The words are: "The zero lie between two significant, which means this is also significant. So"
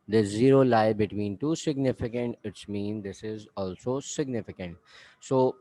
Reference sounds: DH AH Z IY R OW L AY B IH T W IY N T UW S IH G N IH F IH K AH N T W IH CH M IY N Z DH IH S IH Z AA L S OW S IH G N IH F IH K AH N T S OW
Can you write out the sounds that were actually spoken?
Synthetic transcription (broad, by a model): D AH Z IY R OW L AY B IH T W IY N T UW S IH G N IH F IH K AH N T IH S M IY N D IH S IH Z AA L S OW S IH G N IH F IH K AH N T S OW